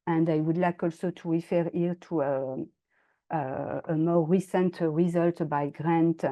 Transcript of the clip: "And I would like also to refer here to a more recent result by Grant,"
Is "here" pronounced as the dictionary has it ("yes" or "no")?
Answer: no